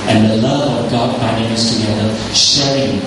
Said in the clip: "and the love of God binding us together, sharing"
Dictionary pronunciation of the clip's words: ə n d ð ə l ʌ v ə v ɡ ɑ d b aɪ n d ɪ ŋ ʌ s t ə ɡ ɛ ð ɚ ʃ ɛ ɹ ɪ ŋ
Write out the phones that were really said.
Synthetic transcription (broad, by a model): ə n ð ə l ʌ v ə v ɡ ɑ d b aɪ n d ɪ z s t ə ɡ ɛ ð ɚ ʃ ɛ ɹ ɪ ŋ